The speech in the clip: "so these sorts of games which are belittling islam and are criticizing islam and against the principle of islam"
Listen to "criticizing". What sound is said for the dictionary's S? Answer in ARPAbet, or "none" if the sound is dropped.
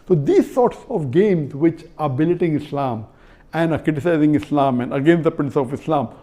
S